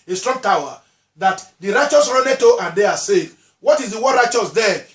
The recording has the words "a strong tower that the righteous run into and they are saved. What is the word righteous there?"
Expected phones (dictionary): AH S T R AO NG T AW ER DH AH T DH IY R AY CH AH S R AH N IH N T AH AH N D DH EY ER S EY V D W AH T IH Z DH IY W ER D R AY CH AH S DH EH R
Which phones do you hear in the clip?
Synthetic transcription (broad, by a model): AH S T R AO NG T AW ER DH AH T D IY R AY CH AH S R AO N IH T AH AH N D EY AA S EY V W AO T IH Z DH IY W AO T R AY CH AH S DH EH